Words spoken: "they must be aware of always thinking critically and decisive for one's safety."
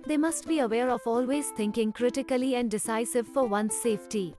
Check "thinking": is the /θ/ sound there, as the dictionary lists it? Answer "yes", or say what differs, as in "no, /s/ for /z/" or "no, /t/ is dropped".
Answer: no, /t/ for /θ/